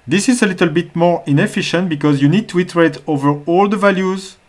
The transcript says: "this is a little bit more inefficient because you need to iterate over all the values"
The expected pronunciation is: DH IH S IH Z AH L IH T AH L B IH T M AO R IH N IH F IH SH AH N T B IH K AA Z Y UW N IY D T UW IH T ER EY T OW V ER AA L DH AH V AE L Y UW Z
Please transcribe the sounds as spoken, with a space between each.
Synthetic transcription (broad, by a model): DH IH S IH Z AH L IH T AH L B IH T M AO R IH N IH F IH SH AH N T B IH K AA Z Y UW N IY D T UW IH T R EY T OW V ER AA L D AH V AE L Y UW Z